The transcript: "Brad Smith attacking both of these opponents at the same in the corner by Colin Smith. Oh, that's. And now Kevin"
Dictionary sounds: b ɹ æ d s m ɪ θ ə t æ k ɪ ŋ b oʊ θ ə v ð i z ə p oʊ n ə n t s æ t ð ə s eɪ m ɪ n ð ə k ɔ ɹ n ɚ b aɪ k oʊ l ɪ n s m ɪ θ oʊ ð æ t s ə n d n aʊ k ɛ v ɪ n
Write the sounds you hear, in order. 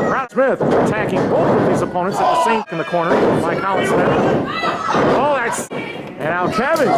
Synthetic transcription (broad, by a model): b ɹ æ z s m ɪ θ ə t æ k ɪ ŋ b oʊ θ ə v ð i z ə p oʊ n ə n t s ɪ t ð ə s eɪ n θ n ð ə k ɔ ɹ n ɚ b aɪ k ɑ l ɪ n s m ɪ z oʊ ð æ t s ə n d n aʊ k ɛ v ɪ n